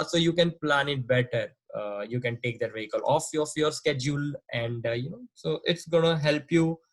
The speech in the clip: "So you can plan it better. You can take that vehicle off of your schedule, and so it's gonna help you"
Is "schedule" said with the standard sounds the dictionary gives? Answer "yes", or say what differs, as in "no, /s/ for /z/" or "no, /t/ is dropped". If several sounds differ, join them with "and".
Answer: yes